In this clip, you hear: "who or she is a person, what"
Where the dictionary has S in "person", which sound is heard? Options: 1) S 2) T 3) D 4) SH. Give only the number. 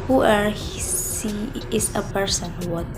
1